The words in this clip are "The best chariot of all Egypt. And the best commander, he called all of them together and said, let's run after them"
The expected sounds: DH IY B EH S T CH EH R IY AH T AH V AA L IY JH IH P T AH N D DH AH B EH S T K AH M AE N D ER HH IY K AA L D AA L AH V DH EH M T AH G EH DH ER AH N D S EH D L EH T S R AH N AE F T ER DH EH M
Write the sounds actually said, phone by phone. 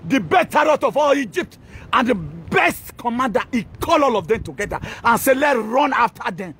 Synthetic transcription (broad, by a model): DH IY B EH T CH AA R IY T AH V AA L IY JH IH P T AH N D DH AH B EH S T K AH M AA N D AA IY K AA L AA L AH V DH EH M T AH G EH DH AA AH N S EH L EH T R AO N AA F T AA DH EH M